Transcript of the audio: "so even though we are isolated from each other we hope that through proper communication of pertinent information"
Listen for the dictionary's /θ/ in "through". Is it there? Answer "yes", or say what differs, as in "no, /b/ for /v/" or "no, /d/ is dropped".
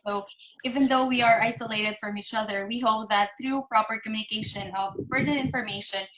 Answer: yes